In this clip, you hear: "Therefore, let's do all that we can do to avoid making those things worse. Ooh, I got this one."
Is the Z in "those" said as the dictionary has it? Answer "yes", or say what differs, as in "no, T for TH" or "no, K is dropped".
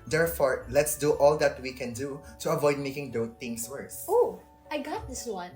no, Z is dropped